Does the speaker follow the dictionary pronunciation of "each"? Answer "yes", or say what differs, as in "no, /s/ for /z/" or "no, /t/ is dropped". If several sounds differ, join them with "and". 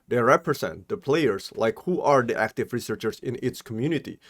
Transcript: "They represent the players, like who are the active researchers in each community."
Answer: no, /s/ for /tʃ/